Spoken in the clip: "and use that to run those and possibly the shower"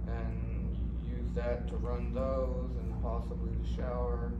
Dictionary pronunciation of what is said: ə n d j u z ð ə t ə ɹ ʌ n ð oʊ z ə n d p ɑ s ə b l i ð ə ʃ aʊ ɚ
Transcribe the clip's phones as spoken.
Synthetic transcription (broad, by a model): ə n j u z ð ə t ə ɹ ʌ n ð oʊ z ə n p ɑ s ə b l i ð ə ʃ aʊ ɚ